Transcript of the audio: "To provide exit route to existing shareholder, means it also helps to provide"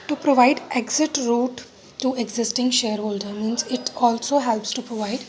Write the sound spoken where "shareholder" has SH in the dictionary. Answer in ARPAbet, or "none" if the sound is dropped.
SH